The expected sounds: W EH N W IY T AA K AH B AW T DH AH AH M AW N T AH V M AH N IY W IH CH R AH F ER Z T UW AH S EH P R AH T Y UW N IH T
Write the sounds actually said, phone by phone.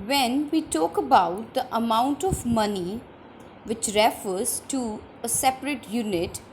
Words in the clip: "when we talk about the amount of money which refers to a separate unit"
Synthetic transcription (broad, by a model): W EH N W IY T AA K AH B AW T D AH AH M AW N T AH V M AH N IY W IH CH R AH F ER Z T UW AH S EH P R AH T Y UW N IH T